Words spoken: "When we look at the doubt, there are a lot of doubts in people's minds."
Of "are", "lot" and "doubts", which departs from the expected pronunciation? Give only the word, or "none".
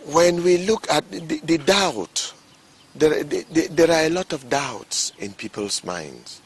none